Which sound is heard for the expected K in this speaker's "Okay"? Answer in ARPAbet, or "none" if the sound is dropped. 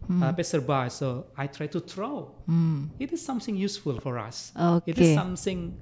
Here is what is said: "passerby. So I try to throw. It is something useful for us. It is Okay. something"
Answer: none